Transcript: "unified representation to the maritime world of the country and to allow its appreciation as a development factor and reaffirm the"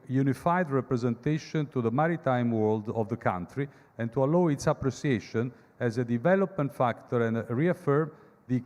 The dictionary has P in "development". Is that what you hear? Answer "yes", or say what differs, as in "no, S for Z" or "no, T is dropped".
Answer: yes